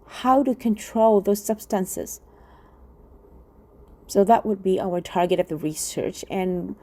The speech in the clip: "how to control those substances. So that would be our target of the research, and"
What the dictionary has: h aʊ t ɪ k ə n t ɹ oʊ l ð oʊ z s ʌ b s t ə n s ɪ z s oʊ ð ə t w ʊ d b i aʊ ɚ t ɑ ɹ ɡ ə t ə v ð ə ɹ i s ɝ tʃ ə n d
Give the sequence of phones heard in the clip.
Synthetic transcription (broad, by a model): h aʊ t ɪ k ə n t ɹ oʊ l ð oʊ z s ʌ b s t ə n s ɪ z s oʊ ð ə t w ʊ d b i aʊ ɚ t ɑ ɹ ɡ ə t ə v ð ə ɹ i s ɝ tʃ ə n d